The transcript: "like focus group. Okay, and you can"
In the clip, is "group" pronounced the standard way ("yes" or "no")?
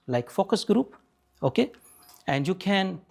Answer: yes